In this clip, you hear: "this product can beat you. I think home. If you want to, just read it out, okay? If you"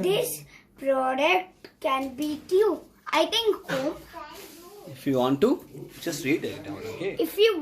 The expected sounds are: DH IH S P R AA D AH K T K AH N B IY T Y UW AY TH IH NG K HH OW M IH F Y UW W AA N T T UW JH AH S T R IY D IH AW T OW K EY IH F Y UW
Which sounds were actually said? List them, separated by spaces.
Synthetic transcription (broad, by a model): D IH S P R AA D AH K T K AH N B IY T Y UW AY T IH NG K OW IH F Y UW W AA N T T UW JH AH S T R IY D IH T OW K EY IH F Y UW